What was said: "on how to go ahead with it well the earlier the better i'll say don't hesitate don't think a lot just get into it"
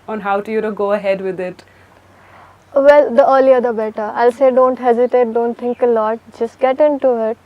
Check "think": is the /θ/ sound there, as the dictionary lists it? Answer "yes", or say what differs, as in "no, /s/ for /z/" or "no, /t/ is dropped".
no, /t/ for /θ/